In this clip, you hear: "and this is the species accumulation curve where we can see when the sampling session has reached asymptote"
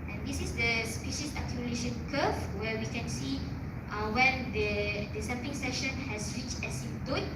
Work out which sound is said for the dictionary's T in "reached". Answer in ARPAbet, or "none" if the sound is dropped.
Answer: none